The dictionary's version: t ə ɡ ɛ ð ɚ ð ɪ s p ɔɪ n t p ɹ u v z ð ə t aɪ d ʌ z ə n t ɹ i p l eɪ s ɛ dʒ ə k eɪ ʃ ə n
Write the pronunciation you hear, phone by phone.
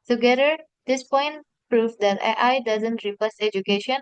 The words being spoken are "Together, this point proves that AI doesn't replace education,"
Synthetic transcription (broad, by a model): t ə ɡ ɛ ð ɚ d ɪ s p ɔɪ n t p ɹ u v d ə t aɪ d ʌ z ə n t ɹ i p eɪ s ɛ dʒ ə k eɪ ʃ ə n